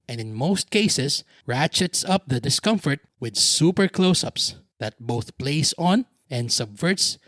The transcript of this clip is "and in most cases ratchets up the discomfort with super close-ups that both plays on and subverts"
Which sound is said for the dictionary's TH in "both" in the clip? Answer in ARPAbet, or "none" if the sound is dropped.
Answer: TH